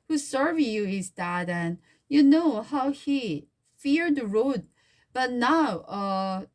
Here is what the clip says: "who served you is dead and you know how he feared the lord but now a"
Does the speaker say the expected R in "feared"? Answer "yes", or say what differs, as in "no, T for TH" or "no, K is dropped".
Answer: yes